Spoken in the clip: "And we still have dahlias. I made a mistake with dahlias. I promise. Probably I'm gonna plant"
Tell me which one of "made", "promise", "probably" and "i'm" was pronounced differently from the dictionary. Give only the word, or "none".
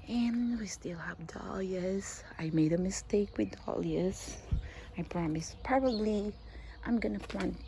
probably